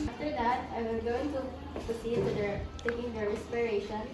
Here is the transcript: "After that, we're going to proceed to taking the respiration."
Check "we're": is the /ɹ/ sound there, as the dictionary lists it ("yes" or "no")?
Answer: no